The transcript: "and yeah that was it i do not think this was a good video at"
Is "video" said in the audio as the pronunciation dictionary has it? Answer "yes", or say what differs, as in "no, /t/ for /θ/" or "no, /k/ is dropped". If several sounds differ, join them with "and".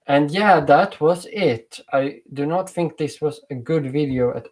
yes